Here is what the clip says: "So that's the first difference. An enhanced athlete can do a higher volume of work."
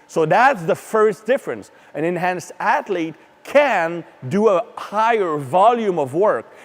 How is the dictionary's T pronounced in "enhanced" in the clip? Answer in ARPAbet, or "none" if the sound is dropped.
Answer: none